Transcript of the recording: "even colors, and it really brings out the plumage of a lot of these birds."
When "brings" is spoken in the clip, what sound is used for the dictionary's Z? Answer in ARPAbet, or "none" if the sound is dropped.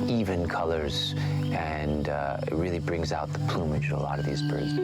Z